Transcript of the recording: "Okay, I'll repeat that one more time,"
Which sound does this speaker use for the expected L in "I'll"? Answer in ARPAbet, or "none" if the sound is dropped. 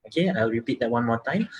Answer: W